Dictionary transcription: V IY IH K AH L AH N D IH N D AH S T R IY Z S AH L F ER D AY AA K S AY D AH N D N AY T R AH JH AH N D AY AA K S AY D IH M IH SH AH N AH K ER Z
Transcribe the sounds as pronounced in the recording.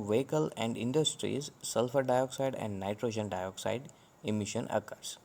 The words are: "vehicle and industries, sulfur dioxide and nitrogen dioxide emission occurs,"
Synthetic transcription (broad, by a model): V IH K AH L AH N D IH N D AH S T R IY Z S AH L F ER D AY AA K S AY D AH N D N AY T R AH JH AH N D AY AA K S AY D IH M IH SH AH N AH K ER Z